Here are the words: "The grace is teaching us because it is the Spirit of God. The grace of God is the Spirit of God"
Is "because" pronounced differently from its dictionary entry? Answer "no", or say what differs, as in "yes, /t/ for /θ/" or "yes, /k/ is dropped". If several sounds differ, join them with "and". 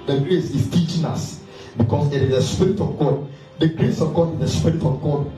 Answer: yes, /s/ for /z/